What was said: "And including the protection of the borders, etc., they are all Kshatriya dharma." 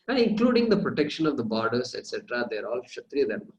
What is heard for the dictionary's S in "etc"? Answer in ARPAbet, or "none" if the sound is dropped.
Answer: S